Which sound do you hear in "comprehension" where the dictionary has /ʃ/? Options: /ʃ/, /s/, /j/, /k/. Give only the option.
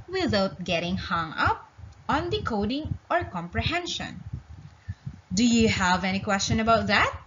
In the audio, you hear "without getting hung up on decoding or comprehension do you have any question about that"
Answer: /ʃ/